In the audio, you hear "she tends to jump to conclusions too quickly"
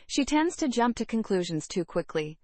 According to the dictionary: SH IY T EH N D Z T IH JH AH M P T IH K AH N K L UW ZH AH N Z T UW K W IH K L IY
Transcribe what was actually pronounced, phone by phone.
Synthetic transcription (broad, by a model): SH IY T EH N D Z T IH JH AH M P T IH K AH N K L UW ZH AH N Z T UW K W IH K L IY